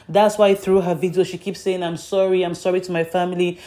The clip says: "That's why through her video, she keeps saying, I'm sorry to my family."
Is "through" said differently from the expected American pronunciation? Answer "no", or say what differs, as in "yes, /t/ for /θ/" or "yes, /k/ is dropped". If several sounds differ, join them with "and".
no